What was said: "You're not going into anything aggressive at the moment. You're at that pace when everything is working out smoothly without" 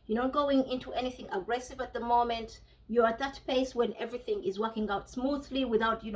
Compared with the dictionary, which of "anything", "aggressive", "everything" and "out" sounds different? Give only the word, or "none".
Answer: none